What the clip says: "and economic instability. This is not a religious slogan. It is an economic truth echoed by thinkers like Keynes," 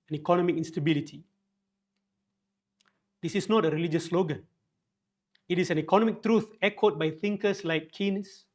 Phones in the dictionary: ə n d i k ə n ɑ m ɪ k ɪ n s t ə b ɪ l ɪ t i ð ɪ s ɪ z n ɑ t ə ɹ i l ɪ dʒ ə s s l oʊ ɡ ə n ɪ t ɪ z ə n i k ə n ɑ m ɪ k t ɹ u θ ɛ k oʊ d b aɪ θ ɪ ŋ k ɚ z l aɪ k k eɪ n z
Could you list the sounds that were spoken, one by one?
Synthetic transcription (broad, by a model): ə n i k ə n ɑ m ɪ k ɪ n s t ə b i l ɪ t i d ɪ s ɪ s n ɑ t ə ɹ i l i dʒ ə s s l oʊ ɡ ə n ɪ t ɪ s ə n i k ə n ɑ m ɪ k t ɹ u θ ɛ k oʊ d b aɪ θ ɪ ŋ k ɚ s l aɪ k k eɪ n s